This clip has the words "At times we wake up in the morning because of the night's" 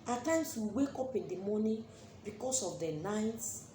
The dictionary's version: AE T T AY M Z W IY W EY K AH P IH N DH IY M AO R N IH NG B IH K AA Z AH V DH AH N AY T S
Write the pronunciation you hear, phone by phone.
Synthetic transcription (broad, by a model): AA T T AY M S W IY W EY K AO P IH N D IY M AO N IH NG B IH K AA S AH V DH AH N AY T S